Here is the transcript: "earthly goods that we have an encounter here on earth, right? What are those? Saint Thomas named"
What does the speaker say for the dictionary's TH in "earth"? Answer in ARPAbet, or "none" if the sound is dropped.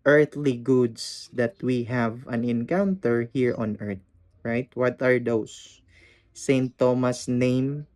T